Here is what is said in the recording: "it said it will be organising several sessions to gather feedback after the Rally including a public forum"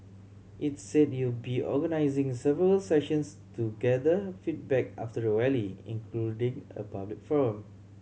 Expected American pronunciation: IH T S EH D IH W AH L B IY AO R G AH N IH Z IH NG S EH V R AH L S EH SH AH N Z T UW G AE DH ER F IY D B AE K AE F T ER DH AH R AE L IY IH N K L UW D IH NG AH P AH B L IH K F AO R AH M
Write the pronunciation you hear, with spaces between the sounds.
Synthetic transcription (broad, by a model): IH T S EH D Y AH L B IY AO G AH N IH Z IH NG S EH V R AH L S EH SH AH N S T UW G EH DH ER F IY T B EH K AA F T ER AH W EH L IY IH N K L UW D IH NG AH P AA B L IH K F AO R AH M